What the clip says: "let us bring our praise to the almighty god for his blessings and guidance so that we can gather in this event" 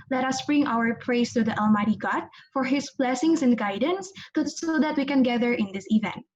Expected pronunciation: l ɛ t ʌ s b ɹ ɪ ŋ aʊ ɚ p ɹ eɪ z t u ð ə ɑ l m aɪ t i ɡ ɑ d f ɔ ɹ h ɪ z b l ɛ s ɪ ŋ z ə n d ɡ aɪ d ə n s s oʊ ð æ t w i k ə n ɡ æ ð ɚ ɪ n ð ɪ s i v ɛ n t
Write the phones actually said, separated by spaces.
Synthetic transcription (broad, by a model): l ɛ t ʌ s b ɹ ɪ ŋ aʊ ɚ p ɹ eɪ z t u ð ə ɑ l m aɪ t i ɡ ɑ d f ɔ ɹ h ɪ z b l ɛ s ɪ ŋ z ə n d ɡ aɪ d ə n s s oʊ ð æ t w i k ə n ɡ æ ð ɚ ɪ n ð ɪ s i v ɛ n t